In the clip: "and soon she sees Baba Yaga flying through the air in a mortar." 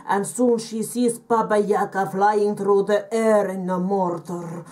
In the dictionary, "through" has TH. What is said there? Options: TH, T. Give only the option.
T